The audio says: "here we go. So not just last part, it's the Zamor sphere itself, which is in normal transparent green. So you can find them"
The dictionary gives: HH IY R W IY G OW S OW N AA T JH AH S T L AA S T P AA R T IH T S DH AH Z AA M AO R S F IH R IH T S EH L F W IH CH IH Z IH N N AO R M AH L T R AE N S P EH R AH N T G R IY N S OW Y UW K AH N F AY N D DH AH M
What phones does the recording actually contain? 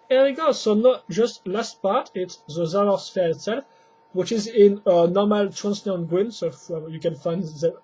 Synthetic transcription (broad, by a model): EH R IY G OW S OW N AA T JH AH S T L AA S T P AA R T IH T S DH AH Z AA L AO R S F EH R IH T S EH L F W IH CH IH Z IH N N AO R M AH L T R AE N S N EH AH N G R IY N S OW Y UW K AH N F AY N D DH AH